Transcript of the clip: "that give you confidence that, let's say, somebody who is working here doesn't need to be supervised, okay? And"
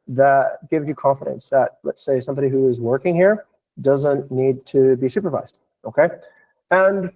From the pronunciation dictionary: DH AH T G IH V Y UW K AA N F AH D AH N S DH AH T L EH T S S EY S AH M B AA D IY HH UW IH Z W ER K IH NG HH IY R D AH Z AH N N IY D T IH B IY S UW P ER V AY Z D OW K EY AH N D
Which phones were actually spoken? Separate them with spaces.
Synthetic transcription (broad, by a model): DH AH T G IH V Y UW K AA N F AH D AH N S DH AH T L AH T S S EY S AH M B AA D IY HH UW IH Z W ER K IH NG HH IY R D AH Z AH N N IY D T IH B IY S UW P ER V AY Z D OW K EY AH N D